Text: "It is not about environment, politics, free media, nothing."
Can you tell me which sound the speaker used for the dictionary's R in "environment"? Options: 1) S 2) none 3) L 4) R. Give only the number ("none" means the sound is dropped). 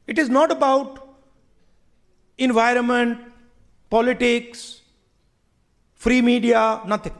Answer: 4